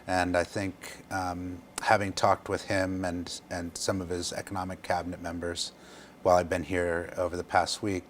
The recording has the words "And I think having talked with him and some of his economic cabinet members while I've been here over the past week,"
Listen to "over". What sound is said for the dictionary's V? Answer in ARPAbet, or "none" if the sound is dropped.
V